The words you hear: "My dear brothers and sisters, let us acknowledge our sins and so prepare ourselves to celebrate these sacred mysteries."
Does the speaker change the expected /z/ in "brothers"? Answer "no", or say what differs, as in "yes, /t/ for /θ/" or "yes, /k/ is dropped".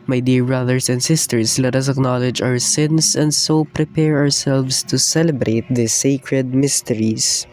yes, /s/ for /z/